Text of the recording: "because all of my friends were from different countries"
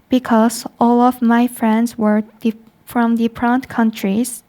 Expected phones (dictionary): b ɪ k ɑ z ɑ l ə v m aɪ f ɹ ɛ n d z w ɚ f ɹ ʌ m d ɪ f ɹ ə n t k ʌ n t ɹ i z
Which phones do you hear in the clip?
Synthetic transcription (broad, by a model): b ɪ k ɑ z ɑ l ə v m aɪ f ɹ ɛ n d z w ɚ f ɹ ʌ m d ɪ p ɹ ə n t k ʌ n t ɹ i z